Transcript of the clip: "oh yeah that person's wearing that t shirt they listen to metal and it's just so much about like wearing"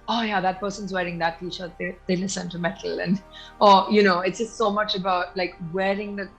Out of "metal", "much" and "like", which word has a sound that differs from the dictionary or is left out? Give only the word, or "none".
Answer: metal